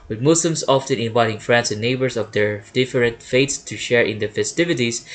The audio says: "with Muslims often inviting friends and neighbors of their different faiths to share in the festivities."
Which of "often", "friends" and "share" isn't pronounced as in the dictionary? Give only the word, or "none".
friends